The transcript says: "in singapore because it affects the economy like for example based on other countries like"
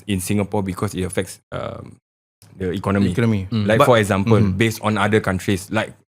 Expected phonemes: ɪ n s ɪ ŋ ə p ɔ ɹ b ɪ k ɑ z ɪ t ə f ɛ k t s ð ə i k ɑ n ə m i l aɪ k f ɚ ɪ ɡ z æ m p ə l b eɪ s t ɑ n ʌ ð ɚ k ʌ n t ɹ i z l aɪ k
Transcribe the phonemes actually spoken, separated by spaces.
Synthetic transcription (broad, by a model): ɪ n s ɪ ŋ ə p ɔ b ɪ k ɑ s ɪ t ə f ɛ k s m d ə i k ɑ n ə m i l aɪ k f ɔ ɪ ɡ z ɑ m p ə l b eɪ s t ɑ n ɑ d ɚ k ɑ n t ɹ i s l aɪ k